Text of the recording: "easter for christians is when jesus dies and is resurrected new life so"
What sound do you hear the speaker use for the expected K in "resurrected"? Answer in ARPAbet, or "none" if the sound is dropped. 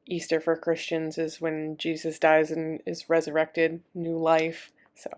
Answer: K